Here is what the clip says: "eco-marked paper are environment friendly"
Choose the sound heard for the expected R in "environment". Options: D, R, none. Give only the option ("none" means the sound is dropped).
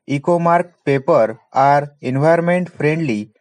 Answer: none